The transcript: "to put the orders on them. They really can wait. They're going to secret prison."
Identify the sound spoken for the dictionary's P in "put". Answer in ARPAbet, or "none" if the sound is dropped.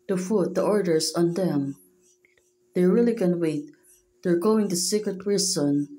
F